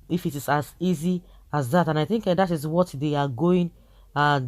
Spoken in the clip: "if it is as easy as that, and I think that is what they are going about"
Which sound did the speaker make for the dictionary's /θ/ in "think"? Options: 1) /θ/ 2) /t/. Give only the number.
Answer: 1